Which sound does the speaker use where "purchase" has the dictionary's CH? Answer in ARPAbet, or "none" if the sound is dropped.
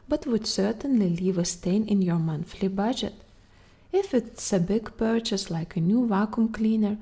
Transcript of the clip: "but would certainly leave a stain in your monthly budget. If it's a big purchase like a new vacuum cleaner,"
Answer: CH